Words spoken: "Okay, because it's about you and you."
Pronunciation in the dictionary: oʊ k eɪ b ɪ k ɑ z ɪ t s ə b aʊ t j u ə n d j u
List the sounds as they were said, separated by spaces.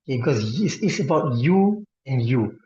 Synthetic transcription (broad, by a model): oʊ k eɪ b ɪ k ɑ s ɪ s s ə b aʊ t j u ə n j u